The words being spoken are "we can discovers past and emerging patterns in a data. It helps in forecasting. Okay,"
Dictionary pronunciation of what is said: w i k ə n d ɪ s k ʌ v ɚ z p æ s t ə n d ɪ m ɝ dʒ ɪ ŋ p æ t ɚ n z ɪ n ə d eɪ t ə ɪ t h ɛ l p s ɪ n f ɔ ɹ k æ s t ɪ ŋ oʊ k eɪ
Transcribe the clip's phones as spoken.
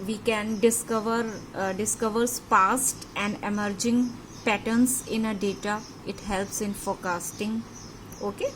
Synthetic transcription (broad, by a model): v i k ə n d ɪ s k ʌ v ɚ s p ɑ s t ə n d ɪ m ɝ dʒ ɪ ŋ p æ t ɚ n s ɪ n ə d eɪ t ə ɪ t h ɛ l p s ɪ n f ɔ ɹ k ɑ s t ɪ ŋ oʊ k eɪ